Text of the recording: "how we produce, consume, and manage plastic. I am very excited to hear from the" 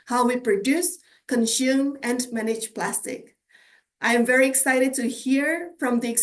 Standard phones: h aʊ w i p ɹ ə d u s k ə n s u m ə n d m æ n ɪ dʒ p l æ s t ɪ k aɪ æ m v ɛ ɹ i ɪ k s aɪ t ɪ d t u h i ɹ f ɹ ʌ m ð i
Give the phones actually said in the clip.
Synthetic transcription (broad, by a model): h aʊ w i p ɹ ə d u s k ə n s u m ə n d m æ n ɪ dʒ p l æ s t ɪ k aɪ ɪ m v ɛ ɹ i ɪ k s aɪ t ɪ d t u h i ɹ f ɹ ʌ m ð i